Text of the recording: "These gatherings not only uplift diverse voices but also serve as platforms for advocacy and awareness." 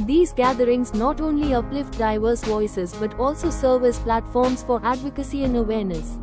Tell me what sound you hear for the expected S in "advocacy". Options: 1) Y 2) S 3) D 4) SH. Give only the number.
2